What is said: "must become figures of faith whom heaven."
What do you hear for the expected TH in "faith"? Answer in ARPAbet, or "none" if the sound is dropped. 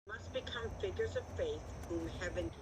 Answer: TH